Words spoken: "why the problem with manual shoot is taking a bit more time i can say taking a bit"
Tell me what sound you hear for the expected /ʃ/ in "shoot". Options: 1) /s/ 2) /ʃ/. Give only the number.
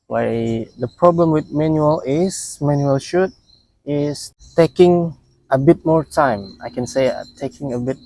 2